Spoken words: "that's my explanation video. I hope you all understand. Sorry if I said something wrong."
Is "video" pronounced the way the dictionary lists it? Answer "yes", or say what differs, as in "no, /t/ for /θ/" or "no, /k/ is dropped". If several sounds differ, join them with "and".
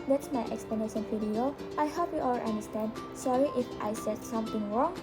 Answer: no, /f/ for /v/